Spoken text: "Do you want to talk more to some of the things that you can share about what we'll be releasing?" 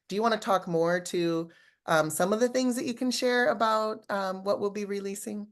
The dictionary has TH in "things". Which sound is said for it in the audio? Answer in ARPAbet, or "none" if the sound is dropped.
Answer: TH